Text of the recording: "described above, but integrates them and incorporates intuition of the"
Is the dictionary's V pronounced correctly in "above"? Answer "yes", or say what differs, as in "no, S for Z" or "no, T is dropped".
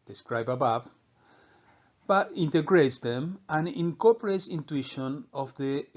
no, P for V